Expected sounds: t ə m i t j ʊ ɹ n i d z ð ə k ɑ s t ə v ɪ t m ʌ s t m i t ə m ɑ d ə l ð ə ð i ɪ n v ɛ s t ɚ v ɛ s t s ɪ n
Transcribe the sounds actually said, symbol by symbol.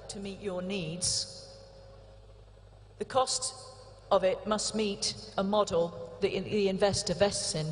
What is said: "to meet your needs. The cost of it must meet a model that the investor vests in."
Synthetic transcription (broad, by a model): t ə m i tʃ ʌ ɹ n i d z ð ə k ɑ s t ə v ɪ t m ʌ s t m i t ə m ɑ d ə l ð ə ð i ɪ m v ɛ s t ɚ v ɛ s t s ɪ n